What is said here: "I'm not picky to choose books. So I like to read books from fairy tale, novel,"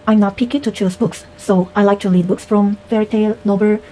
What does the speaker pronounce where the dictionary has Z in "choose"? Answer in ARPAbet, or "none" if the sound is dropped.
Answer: S